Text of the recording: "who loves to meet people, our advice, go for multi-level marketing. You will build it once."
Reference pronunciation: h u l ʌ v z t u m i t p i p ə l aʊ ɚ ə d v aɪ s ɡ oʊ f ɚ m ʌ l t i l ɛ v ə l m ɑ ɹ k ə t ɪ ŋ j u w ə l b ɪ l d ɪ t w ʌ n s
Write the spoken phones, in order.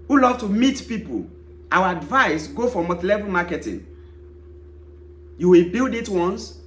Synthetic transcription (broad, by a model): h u l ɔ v t u m i t p i p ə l aʊ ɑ ə d v aɪ s ɡ oʊ f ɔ m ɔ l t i l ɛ v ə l m ɑ k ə t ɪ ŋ j u w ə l b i l d ɪ t w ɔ n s